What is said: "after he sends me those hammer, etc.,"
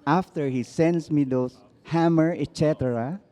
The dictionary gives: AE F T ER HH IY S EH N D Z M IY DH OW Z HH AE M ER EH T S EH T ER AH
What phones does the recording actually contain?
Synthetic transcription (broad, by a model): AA F T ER HH IY S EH N D S M IY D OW S HH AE M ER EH T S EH T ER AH